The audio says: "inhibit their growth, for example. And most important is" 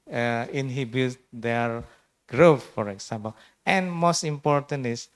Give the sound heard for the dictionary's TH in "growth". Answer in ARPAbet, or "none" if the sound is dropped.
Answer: F